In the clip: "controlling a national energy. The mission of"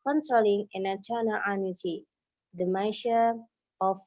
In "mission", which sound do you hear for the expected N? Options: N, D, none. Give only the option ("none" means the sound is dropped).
none